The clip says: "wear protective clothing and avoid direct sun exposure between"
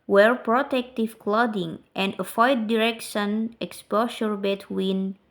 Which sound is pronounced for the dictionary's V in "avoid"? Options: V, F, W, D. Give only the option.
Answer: F